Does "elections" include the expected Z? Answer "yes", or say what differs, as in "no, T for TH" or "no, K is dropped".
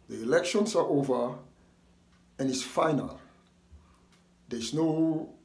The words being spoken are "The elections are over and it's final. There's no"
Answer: no, S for Z